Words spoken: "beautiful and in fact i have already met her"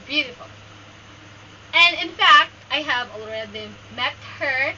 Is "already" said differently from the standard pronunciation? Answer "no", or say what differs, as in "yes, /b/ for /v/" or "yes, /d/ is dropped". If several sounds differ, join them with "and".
yes, /l/ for /ɹ/